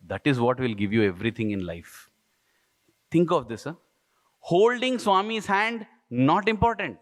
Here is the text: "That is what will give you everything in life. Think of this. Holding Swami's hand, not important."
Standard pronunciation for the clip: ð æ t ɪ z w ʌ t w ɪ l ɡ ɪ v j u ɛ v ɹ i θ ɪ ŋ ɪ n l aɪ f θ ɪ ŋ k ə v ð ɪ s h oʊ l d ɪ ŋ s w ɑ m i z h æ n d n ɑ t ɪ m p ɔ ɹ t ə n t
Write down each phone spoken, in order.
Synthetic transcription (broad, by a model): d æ t ɪ z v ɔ t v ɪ l ɡ ɪ v j u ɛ v ɹ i t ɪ ŋ ɪ n l aɪ f t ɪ ŋ k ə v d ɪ s h oʊ l d ɪ ŋ s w ɑ m i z h æ n d n ɑ t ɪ m p ɔ ɹ t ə n t